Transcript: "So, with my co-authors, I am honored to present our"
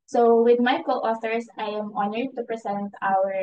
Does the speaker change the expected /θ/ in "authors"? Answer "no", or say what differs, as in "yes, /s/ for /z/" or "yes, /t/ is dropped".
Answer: yes, /s/ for /θ/